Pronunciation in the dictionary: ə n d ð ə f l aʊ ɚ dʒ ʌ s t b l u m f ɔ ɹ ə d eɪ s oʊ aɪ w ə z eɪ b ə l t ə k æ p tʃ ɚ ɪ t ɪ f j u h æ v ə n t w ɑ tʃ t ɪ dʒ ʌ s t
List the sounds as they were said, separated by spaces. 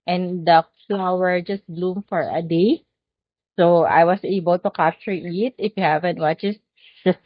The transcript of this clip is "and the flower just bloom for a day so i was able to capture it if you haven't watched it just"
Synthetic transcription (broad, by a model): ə n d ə f l aʊ ɚ dʒ ʌ s t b l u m f ɔ ɹ ə d eɪ s oʊ aɪ w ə s eɪ b ə l t ə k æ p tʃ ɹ ɪ t ɪ f j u h æ v ə n t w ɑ tʃ ɪ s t